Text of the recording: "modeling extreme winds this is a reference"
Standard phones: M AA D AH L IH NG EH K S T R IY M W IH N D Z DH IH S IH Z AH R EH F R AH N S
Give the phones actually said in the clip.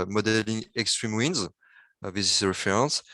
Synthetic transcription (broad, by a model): M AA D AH L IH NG EH K S T R IY M W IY N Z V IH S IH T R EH F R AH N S